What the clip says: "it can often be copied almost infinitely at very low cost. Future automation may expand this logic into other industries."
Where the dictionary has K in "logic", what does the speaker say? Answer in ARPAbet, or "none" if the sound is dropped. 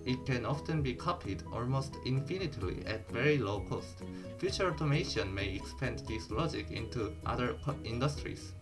K